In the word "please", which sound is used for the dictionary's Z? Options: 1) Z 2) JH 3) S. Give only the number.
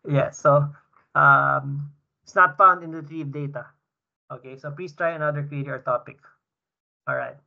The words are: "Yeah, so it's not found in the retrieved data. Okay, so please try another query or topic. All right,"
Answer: 3